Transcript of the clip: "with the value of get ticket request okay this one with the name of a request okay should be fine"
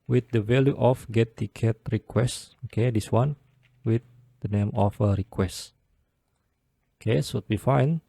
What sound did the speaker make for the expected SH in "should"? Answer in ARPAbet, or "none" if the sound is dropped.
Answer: S